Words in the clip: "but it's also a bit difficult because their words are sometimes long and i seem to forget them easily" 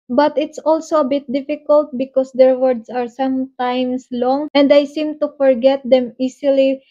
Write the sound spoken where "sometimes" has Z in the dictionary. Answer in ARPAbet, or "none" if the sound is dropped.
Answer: S